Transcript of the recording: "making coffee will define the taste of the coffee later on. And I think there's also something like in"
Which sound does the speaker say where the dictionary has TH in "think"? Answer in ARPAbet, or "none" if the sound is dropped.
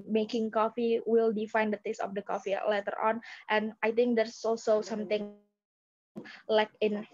T